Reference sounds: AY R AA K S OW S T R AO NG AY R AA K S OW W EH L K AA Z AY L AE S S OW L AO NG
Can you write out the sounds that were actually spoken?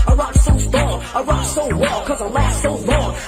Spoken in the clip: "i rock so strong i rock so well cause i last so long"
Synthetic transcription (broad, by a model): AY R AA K S OW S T AO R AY R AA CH S OW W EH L K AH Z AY L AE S S OW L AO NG